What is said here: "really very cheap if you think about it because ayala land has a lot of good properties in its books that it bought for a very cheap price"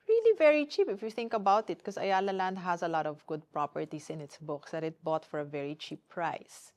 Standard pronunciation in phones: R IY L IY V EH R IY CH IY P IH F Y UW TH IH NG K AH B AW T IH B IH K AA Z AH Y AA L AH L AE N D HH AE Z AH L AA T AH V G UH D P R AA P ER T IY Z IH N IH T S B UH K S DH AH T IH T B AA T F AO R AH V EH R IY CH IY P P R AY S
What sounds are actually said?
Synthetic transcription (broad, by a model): R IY L IY V EH R IY CH IY P IH F Y UW TH IH NG K AH B AW T IH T K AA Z AH Y AA L AH L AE N D HH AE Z AH L AA T AH V G UH D P R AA P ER T IY S IH N IH T S B UH K S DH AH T IH T B AA T F AO R AH V EH R IY CH IY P P R AY S